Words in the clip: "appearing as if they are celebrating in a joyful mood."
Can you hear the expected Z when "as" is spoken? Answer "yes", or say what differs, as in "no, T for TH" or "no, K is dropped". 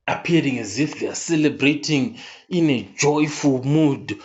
yes